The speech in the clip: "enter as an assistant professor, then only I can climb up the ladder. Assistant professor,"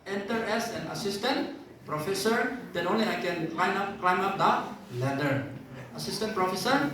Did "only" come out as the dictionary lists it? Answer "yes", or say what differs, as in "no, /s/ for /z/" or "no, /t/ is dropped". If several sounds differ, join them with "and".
yes